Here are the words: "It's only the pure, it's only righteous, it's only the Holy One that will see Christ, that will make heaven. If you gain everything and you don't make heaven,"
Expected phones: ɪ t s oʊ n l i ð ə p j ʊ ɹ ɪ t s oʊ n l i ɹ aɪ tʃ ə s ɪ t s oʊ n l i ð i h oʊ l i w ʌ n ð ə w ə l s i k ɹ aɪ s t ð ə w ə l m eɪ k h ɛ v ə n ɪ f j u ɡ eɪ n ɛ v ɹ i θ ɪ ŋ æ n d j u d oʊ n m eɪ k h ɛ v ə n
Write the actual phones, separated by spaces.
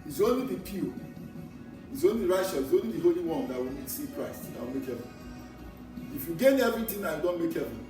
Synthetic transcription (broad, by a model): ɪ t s oʊ n l i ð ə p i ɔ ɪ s oʊ n l i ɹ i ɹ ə ʃ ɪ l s oʊ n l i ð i h oʊ l i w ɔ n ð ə w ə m s i k ɹ aɪ s t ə w ə l m eɪ k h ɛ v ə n ɪ f j u ɡ eɪ n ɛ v ɹ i t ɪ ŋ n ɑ j u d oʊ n m eɪ k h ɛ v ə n